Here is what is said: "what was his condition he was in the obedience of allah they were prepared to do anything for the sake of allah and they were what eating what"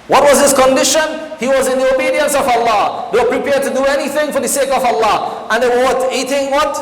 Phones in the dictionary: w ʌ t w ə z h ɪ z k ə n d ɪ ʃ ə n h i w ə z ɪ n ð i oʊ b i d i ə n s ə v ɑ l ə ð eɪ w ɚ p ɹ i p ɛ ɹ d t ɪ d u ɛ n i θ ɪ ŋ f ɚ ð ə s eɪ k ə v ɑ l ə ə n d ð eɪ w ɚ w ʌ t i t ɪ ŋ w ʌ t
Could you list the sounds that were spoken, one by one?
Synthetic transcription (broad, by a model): w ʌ t w ə z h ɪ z k ə n d ɪ ʃ ə n h i w ə z ɪ n ð i oʊ b i d i ə n s ə v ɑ l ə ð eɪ w ɚ p ɹ i p ɛ ɹ d t ɪ d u ɛ n i θ ɪ ŋ f ɚ ð ə s eɪ k ə v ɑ l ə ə n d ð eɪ w ɚ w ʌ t i t ɪ ŋ w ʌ t